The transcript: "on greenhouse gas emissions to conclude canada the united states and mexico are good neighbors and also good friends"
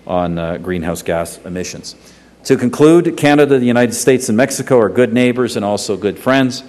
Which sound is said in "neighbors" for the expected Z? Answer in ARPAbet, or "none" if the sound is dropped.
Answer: Z